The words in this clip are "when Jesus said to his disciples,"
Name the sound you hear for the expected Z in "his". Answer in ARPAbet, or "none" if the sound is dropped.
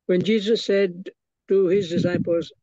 Z